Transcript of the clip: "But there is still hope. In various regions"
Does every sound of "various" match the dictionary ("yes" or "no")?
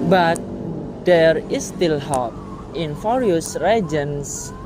no